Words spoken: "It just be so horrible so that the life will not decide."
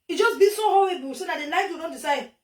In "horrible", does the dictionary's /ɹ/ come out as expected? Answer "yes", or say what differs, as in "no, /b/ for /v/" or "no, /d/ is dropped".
no, /ɹ/ is dropped